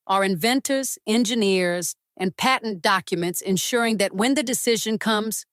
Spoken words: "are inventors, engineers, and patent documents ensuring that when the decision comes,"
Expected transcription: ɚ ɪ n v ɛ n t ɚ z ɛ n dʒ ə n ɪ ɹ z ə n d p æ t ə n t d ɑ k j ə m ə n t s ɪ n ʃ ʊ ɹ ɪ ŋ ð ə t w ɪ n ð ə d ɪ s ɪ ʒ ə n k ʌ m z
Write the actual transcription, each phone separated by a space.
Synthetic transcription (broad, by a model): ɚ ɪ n v ɛ n t ɚ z ɛ n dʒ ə n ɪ ɹ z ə n p æ t n d ɑ k j ə m ə n t s ɪ n ʃ ʊ ɹ ɪ ŋ ð ə t w ɪ n ð ə d ɪ s ɪ ʒ ə n k ʌ m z